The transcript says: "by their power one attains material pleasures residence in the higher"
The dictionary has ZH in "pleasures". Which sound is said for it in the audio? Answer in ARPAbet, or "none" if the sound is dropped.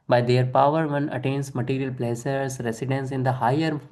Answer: S